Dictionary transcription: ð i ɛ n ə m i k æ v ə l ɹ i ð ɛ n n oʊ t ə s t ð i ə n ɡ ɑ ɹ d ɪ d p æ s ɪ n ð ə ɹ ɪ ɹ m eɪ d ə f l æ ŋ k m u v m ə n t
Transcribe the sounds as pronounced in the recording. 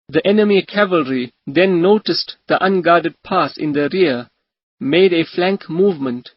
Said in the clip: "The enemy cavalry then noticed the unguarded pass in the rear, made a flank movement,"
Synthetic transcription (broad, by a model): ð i ɛ n ə m i k æ v ə l ɹ i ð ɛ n n oʊ t ə s t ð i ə n ɡ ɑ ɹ d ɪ d p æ s ɪ n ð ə ɹ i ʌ m eɪ d ə f l æ ŋ k m u v m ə n t